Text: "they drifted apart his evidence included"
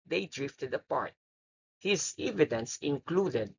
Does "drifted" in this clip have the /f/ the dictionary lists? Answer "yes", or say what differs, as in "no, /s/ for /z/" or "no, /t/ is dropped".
yes